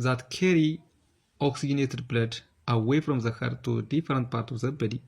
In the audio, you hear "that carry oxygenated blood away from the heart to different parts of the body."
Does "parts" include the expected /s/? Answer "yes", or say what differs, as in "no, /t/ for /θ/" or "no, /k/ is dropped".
no, /s/ is dropped